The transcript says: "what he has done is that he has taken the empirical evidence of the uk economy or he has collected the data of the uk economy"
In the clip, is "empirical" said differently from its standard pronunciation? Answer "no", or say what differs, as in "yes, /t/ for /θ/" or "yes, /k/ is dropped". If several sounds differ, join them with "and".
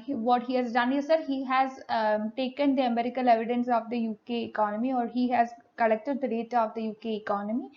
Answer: yes, /p/ is dropped